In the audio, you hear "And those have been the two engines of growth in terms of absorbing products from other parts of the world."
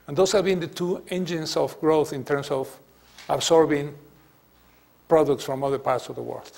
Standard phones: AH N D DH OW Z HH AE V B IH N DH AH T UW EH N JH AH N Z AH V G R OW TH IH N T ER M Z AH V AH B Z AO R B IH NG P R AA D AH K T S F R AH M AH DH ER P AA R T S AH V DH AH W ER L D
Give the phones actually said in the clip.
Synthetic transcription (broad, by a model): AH N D OW S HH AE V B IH N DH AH T UW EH N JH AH N S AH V G R OW TH IH N T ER M S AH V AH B S AO R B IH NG P R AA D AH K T S F R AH M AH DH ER P AA R T S AH V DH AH W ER L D